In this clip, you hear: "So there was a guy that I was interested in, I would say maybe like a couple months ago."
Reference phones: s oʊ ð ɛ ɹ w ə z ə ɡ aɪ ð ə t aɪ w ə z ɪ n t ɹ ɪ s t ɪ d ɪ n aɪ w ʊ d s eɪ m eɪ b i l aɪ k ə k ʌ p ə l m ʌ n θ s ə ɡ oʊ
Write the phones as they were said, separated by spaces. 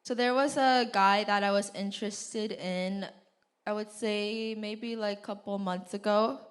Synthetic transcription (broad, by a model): s oʊ ð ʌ ɹ w ə z ə ɡ aɪ ð ə t aɪ w ə z ɪ n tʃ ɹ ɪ s t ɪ d ɪ n aɪ w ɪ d s eɪ m eɪ b i l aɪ ə k ʌ p l m ʌ n θ s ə ɡ oʊ